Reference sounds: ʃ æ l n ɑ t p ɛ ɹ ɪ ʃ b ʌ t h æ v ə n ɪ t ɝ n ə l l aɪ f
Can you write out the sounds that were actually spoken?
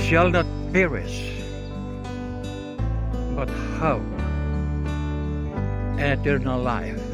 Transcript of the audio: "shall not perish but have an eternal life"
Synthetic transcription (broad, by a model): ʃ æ l n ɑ t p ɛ ɹ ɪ s b ʌ t h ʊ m ə n ɪ t ɝ n ə l l aɪ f